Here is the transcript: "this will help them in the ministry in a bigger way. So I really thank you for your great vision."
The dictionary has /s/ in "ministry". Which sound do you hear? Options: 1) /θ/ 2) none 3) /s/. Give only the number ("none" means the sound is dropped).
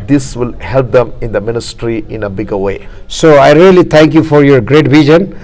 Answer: 3